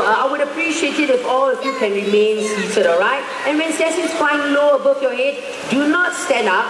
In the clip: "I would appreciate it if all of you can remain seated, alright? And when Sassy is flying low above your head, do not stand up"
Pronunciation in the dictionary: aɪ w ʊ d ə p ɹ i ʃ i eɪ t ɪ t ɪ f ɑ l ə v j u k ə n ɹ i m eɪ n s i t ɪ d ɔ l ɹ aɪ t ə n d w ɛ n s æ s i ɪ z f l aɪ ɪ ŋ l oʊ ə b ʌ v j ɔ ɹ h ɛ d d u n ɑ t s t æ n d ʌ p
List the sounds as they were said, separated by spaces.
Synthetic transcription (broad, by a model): aɪ w ʊ d ə p ɹ i ʃ i eɪ t ɪ t ɪ f ɑ l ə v j u k ə n ɹ i m eɪ n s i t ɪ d ɔ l ɹ aɪ t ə n w ɛ n s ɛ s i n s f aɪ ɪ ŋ l oʊ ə b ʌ f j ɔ h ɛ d d u n ɑ t s t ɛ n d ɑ p